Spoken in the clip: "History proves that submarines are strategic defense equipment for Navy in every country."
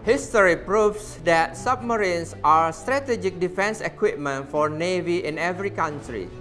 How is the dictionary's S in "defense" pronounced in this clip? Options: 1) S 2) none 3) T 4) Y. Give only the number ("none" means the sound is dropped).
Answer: 1